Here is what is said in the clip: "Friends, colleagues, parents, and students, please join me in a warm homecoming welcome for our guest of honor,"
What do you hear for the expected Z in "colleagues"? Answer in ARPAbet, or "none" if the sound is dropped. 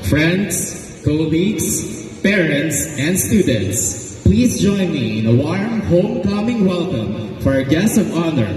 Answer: S